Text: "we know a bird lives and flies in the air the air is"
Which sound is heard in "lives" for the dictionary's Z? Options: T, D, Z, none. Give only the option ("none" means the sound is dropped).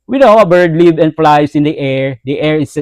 none